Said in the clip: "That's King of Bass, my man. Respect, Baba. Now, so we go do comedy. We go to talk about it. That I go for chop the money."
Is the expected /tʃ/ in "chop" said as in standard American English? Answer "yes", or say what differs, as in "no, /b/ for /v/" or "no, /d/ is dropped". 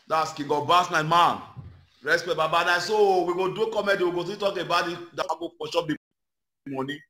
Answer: no, /ʃ/ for /tʃ/